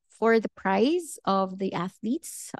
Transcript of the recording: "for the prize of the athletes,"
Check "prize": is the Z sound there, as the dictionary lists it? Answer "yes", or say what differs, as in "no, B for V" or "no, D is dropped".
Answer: yes